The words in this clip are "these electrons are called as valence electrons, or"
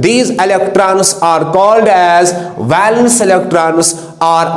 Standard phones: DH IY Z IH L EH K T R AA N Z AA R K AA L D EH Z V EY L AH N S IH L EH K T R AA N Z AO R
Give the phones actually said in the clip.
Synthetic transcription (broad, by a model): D IY Z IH L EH K T R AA N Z AA R K AA L D EH Z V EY L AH N S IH L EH K T R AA N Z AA R